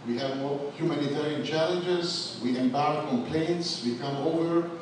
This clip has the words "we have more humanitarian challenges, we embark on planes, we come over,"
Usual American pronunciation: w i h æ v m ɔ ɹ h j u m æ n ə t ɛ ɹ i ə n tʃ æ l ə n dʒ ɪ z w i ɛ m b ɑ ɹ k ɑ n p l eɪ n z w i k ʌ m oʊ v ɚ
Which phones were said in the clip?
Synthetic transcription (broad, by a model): w i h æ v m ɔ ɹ h j u m æ n ə t ɛ ɹ i ə n tʃ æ l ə n dʒ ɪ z w i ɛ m b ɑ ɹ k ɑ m p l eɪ n s w i k ʌ m oʊ v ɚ